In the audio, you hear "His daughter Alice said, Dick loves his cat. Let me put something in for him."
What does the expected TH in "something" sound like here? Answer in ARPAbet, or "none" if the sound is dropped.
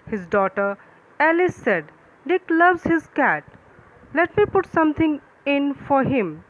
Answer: T